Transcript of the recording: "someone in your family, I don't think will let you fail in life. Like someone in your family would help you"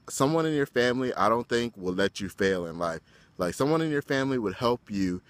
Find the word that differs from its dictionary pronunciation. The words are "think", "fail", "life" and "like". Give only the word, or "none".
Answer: none